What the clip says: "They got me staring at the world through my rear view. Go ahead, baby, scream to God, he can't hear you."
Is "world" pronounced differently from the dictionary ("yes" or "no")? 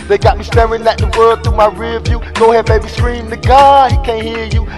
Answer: yes